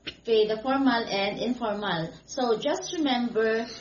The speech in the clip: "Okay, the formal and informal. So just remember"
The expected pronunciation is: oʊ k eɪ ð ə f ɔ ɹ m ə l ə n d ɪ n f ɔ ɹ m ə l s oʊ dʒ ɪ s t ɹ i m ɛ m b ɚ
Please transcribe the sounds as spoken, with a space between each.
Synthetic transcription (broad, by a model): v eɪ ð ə f ɔ ɹ m ə l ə n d ɪ n f ɔ ɹ m ə l s oʊ dʒ ɪ s t ɹ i m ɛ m b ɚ